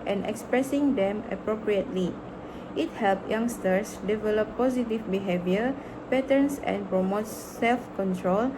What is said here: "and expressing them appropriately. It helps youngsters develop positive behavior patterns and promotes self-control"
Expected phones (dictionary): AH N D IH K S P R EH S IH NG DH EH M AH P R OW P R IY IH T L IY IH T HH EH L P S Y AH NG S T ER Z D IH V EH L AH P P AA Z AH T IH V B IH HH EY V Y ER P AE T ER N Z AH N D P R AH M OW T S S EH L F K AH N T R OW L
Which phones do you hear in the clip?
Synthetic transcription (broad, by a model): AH N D IH K S P R EH S IH NG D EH M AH P R OW P R IY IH T L IY IH T HH EH L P Y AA NG S T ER S D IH V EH L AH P P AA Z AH T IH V B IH HH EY V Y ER P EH T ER N S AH N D P R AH M OW T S S EH L F K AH N T R OW L